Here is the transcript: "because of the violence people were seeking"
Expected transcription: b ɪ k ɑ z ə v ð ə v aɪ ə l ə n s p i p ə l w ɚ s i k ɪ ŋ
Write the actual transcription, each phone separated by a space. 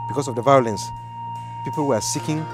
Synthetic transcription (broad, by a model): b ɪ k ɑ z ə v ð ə v aɪ ə l ə n s p i p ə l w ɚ s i k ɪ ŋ